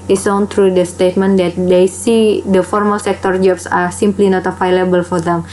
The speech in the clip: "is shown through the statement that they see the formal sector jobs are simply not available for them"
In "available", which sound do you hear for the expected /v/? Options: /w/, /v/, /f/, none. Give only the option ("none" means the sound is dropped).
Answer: /f/